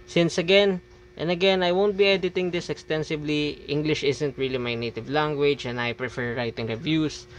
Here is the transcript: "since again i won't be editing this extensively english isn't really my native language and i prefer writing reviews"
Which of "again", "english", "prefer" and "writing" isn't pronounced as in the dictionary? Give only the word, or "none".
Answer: none